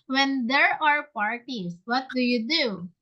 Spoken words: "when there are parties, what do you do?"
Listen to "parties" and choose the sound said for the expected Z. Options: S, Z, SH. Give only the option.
S